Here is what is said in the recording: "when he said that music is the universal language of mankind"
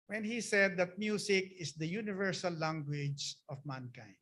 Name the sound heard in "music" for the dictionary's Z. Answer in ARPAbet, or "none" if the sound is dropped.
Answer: S